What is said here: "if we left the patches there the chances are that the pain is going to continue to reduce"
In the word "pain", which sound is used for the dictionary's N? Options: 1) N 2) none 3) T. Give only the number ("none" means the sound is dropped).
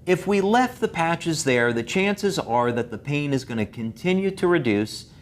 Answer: 1